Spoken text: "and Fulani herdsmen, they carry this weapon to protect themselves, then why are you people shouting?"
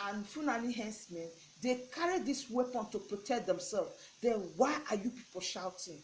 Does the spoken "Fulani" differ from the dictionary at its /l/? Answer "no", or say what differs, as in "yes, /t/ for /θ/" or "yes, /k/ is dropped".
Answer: yes, /n/ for /l/